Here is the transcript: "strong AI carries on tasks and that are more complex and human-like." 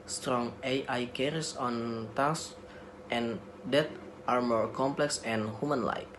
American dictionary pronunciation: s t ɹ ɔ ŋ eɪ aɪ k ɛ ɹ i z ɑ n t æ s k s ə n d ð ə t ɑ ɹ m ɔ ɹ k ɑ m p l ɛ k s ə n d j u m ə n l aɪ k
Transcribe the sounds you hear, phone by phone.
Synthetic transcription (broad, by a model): s t ɹ ɔ ŋ eɪ aɪ k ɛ ɹ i s ɑ n t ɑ s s ə n d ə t ɑ ɹ m ɔ ɹ k ɑ m p l ɛ k s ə n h j u m ə n l aɪ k